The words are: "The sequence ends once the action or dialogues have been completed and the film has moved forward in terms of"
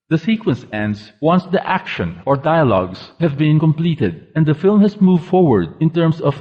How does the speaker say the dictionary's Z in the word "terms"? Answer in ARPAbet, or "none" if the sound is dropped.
S